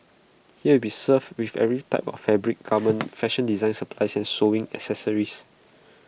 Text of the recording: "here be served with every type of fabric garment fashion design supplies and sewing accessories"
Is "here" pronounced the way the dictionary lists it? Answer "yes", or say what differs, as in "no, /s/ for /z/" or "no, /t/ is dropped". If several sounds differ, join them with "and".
no, /w/ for /ɹ/